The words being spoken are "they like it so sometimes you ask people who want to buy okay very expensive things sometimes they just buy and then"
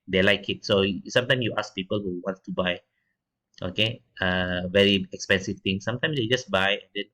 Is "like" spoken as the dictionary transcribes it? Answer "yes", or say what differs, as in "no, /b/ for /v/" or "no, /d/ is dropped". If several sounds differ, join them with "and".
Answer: yes